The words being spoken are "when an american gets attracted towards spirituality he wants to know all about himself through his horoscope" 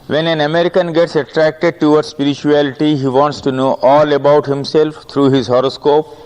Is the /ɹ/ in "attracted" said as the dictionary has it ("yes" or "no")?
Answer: yes